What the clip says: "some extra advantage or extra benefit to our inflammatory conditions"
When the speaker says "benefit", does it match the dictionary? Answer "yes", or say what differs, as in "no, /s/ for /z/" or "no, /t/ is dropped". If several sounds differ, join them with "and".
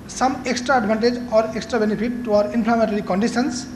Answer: no, /p/ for /f/